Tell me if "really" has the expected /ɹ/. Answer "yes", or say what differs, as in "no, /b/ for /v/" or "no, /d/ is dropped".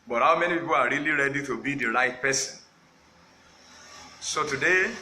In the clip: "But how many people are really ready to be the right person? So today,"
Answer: yes